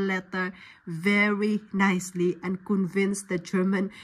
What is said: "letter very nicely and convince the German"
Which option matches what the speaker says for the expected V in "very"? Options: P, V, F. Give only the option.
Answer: V